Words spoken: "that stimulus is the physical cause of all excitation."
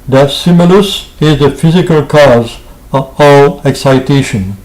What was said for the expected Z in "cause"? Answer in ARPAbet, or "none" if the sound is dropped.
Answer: Z